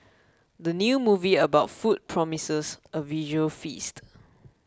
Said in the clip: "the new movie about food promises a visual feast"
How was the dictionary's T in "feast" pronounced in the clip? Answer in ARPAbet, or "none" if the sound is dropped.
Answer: T